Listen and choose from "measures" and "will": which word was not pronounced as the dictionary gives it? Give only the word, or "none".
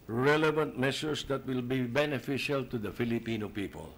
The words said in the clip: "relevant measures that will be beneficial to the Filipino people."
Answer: measures